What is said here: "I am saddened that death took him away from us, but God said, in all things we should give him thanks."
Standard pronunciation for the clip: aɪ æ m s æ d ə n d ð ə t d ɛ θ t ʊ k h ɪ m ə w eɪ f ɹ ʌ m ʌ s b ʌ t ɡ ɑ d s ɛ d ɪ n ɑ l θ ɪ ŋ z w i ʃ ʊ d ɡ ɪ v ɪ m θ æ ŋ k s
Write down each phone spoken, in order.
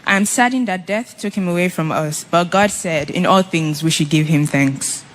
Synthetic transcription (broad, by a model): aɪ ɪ m s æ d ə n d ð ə t d ɛ θ t ʊ k h ɪ m ə w eɪ f ɹ ʌ m ʌ s b ʌ t ɡ ɑ d s ɛ d ɪ n ɑ l θ ɪ ŋ z w i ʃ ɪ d ɡ ɪ v ɪ m θ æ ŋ k s